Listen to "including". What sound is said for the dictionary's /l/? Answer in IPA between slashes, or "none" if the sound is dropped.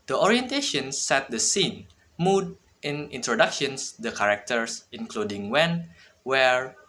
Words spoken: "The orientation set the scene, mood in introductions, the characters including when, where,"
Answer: /l/